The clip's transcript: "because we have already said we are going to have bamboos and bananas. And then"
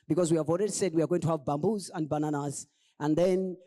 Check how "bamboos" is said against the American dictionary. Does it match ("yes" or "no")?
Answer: yes